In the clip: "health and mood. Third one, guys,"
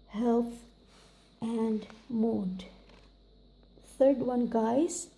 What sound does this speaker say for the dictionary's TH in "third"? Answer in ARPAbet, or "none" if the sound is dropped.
T